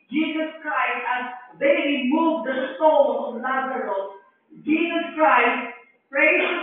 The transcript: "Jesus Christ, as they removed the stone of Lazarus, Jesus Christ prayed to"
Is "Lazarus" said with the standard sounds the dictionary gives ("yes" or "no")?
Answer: no